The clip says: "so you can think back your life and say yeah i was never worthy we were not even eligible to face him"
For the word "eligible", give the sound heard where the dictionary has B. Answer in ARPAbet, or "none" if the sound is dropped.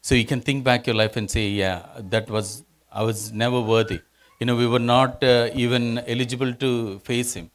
B